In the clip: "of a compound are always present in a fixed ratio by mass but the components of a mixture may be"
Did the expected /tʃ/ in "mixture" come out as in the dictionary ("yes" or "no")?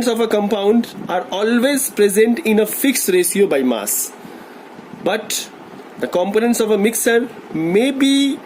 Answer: no